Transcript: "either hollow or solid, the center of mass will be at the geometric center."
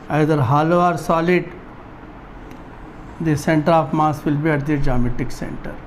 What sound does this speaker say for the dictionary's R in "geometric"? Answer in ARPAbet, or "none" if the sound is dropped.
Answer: none